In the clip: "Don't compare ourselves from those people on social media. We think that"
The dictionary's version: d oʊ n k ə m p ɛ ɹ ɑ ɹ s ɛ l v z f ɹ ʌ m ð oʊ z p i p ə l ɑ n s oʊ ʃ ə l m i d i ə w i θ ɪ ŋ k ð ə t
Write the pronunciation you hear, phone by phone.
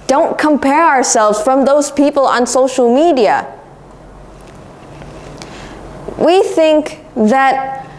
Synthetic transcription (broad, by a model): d oʊ n k ə m p ɛ ɹ ɑ ɹ s ɛ l v z f ɹ ʌ m ð oʊ z p i p ə l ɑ n s oʊ ʃ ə l m i d i ə w i θ ɪ ŋ k ð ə t